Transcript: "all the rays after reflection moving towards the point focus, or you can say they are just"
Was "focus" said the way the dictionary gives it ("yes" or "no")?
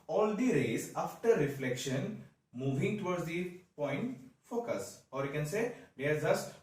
yes